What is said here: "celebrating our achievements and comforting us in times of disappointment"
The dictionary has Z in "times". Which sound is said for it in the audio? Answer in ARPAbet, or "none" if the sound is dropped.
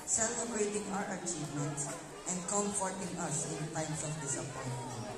S